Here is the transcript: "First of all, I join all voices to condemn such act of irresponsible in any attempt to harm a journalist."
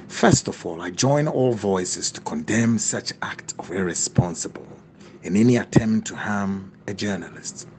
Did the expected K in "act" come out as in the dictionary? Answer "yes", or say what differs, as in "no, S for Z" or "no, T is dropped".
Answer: yes